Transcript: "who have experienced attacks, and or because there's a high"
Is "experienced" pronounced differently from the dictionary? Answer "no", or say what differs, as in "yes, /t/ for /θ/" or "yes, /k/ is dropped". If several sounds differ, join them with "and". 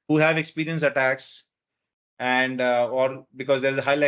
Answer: yes, /t/ is dropped